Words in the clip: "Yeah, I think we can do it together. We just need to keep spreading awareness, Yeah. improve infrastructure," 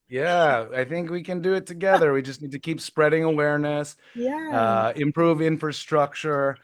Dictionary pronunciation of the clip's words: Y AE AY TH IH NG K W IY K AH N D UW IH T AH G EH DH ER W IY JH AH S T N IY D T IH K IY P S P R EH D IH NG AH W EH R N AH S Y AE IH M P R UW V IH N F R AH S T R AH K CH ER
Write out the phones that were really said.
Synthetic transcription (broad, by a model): Y AE AY TH IH NG K W IY K AH N D IH T AH G EH DH ER W IY JH AH S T N IY D T IH K IY P S P R EH D IH NG AH W EH R N AH S Y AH IH M P R UW V IH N F R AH S T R AH K CH ER